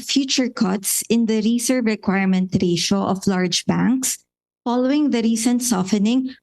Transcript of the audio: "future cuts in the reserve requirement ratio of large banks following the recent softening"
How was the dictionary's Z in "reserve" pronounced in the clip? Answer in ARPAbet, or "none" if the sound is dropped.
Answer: S